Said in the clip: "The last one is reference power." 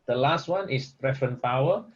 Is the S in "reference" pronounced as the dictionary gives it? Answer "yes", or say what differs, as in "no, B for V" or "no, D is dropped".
no, S is dropped